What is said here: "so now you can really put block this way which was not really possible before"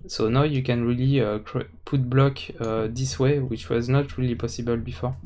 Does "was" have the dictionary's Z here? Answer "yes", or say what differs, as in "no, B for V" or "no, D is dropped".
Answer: yes